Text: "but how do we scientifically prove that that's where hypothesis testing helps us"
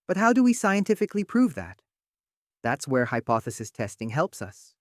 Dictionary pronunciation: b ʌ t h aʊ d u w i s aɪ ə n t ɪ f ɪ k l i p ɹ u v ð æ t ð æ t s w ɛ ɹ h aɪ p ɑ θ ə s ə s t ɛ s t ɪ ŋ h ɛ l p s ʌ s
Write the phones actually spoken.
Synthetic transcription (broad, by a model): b ʌ t h aʊ d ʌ w i s aɪ ə n t ɪ f ɪ k l i p ɹ u v ð æ t ð æ t s w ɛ ɹ h aɪ p ɑ θ ə s ə s t ɛ s t ɪ ŋ h ɛ l p s ʌ s